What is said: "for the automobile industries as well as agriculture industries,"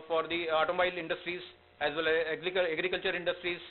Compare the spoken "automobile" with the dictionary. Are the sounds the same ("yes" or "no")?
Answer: no